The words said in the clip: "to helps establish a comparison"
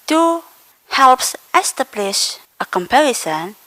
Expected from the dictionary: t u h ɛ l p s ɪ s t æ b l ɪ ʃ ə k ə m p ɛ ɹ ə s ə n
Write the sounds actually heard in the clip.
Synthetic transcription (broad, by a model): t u h ɛ l p s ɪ s t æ b l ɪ ʃ ə k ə m p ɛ ɹ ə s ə n